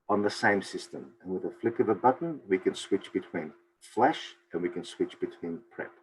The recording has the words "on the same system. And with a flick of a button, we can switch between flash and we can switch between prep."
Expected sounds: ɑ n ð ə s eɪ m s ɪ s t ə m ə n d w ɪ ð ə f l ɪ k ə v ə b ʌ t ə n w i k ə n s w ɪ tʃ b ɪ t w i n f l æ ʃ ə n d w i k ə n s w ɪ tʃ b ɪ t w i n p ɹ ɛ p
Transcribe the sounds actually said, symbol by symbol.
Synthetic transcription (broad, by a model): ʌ n ð ə s eɪ m s ɪ s t ə m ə n w ɪ ð ə f l ɪ k ə v ə b ʌ t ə n w i k ə n s w ɪ tʃ b ɪ t w i n f l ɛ ʃ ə n w i k ə n s w ɪ tʃ b ɪ t w i n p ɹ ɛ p